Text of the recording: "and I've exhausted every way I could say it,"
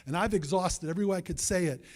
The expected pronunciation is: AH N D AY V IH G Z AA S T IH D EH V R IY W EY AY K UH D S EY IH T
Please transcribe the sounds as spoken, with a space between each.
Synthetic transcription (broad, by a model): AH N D AY V IH G Z AA S T IH D EH V R IY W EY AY K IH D S EY IH T